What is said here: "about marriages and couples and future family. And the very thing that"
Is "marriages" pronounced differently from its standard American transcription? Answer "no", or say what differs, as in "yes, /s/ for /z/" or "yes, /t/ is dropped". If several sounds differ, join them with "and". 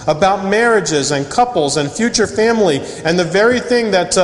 no